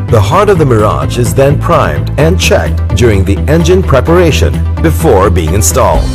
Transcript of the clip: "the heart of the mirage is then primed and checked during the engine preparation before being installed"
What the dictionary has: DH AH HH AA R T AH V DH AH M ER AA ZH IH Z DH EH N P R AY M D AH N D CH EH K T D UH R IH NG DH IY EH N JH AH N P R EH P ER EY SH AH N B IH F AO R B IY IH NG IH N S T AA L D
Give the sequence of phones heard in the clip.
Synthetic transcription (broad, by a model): DH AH HH AA R T AH V DH AH M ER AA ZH IH Z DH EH N P R AY M D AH N CH EH K T D UH R IH NG DH IY EH N JH AH N P R EH P ER EY SH AH N B IH F AO R B IY IH NG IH N S T AA L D